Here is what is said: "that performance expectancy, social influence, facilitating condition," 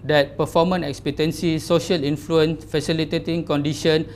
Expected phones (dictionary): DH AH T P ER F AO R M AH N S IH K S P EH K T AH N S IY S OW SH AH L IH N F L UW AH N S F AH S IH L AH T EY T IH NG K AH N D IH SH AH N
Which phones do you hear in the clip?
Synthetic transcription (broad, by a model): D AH T P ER F AO M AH N IH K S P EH T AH N S IY S OW SH AH L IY N F L UW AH N S F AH S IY L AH T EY T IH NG K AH N D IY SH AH N